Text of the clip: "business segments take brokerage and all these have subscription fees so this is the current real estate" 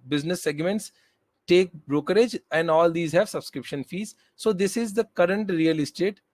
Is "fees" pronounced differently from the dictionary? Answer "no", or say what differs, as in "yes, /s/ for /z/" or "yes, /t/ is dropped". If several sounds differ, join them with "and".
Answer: no